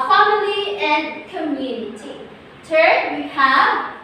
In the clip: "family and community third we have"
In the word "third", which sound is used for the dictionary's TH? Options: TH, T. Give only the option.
T